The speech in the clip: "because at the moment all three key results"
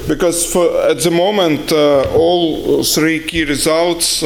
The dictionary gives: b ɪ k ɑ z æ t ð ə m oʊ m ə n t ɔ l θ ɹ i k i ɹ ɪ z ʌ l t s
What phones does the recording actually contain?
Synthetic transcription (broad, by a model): b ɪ k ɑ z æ t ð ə m oʊ m ə n t ɔ l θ ɹ i k i ɹ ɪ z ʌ l t s